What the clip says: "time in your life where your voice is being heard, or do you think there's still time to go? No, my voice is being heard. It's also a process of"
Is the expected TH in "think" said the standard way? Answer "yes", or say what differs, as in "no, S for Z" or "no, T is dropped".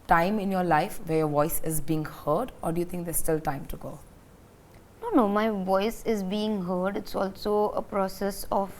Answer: no, T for TH